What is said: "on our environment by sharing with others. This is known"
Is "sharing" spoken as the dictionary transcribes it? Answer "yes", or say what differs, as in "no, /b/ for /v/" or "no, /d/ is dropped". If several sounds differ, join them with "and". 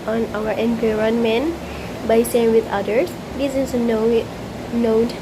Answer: no, /s/ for /ʃ/ and /ɹ/ is dropped